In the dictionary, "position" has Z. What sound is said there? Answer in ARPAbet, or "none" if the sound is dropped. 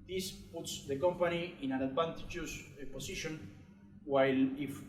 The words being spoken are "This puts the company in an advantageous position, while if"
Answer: S